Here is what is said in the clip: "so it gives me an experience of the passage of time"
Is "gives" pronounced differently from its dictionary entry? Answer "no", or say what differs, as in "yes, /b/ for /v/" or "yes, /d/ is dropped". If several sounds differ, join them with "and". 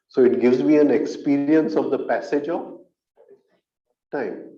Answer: no